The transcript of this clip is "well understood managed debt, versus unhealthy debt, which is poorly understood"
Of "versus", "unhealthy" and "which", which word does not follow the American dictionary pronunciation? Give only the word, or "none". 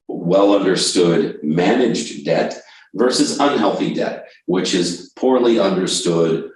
none